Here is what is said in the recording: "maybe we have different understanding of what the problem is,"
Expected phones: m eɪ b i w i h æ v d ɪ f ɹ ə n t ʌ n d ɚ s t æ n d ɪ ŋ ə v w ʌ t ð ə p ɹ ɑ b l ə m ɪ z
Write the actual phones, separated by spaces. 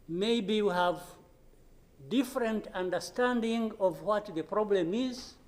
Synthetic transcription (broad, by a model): m eɪ b i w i h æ v d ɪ f ɹ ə n t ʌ n d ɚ s t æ n d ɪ ŋ ə v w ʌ t ð ə p ɹ ɑ b l ə m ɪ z